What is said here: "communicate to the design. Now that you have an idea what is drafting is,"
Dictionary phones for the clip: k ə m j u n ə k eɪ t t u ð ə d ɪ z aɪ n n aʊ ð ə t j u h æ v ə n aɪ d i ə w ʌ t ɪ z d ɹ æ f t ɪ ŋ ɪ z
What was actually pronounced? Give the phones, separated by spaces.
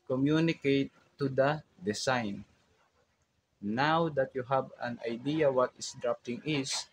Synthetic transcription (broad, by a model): k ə m j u n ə k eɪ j t u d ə d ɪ s aɪ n n aʊ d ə t j u h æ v ə n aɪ d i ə w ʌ t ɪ s d ɹ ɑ p t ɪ ŋ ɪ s